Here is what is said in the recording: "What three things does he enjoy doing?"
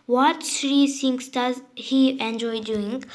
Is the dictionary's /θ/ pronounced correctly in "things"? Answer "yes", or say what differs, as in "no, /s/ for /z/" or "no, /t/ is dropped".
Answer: no, /s/ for /θ/